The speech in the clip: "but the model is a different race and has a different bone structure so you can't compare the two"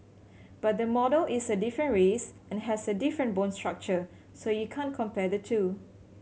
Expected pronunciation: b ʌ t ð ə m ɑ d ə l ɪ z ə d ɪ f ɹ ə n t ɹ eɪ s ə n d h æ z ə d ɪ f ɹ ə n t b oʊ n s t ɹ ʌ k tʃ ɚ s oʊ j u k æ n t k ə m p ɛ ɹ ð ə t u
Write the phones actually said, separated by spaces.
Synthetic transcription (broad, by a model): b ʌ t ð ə m ɑ d ə l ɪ s ə d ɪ f ɹ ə n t ɹ eɪ s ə n h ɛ s ə d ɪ f ɹ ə n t b oʊ n s t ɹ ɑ k tʃ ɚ s oʊ j u k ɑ n k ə m p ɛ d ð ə t u